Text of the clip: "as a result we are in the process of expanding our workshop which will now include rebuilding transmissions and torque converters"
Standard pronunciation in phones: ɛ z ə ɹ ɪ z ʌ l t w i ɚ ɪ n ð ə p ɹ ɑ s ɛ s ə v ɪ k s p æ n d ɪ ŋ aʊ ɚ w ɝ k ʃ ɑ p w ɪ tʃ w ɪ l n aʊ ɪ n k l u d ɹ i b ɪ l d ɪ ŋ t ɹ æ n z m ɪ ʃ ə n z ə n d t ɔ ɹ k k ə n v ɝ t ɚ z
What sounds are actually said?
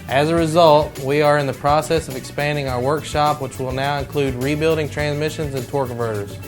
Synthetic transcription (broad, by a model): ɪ z ə ɹ ɪ z ʌ l t w i ɚ ɪ n ð ə p ɹ ɑ s ɛ s ə v ɪ k s p æ n d ɪ ŋ aʊ ɚ w ɝ k ʃ ɑ p w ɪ tʃ w ɪ l n aʊ ɪ n k l u d ɹ i b ɪ l d ɪ ŋ t ɹ æ n z m ɪ ʃ ə n z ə n t ɔ ɹ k k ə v ɝ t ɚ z